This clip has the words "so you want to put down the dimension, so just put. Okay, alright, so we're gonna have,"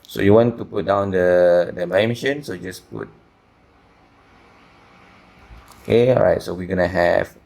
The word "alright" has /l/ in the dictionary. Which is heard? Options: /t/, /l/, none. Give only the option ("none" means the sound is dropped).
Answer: none